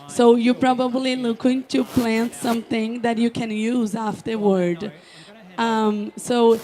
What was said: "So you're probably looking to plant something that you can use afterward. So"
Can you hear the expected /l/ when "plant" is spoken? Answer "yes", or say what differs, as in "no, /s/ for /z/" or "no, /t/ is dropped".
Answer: yes